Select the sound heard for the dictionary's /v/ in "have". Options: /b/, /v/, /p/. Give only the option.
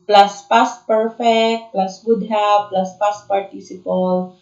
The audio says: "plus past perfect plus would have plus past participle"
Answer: /b/